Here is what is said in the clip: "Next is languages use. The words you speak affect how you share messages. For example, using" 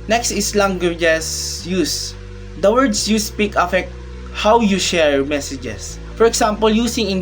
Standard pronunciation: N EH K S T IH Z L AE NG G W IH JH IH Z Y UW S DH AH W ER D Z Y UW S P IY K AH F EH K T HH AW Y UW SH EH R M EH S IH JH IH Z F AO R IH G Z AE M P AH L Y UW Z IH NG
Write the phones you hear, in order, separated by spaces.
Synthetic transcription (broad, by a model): N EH K S T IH S L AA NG G W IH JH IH S Y UW S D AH W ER D S Y UW S P IY K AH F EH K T HH AW Y UW SH EH R M EH S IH JH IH S F AO R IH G S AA M P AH L Y UW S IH NG